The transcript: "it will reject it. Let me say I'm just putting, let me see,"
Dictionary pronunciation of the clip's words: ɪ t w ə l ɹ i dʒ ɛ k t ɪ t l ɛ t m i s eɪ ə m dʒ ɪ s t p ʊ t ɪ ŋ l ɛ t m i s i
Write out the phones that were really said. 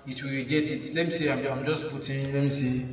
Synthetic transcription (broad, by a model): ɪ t w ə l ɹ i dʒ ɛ t ɪ t l ɛ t m i s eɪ ə m dʒ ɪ s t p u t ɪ l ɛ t m i s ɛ